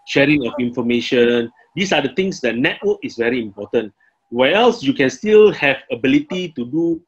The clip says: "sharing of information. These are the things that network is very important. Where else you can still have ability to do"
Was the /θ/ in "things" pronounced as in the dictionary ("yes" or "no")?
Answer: no